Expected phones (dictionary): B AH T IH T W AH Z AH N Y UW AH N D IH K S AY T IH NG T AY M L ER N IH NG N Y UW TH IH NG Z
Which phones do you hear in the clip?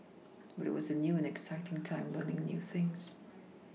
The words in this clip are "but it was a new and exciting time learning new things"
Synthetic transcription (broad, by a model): B AH T IH T W AH Z AH N Y UW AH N IH K S AY T IH NG T AY M L ER N IH NG N Y UW TH IH NG Z